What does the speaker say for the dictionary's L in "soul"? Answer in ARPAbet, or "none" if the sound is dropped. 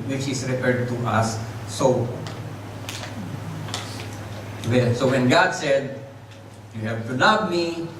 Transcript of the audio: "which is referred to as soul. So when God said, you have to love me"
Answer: N